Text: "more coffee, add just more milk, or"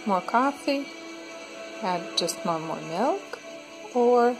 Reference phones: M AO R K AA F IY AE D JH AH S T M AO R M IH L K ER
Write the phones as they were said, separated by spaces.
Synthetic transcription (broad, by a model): M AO R K AA F IY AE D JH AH S T M AO R M IH L K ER